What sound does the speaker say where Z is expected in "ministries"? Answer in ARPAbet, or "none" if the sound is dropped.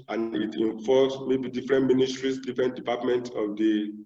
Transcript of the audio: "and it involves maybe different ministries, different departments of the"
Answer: S